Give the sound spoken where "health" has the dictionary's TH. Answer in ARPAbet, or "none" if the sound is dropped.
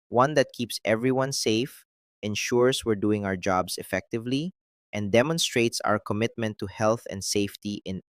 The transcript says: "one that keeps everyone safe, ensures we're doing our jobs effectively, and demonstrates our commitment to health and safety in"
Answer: TH